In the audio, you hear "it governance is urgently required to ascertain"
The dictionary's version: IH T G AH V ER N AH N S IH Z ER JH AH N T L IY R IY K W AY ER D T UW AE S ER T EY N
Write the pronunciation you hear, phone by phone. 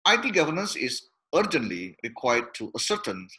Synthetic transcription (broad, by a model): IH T G AH V ER N AH N S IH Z ER JH AH N T L IY R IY K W AY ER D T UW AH S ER T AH N